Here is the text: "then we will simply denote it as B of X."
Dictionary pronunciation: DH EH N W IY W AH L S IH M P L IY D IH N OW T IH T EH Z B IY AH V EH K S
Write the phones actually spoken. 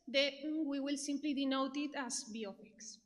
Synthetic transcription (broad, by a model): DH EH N W IY W AH L S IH M P L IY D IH N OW T IH T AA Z B IY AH P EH K S